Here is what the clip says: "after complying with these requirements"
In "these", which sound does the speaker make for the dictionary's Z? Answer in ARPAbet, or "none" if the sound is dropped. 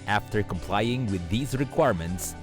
Z